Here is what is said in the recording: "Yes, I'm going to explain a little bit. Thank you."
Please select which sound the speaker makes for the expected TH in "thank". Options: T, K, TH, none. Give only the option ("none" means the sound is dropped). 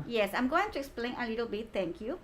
T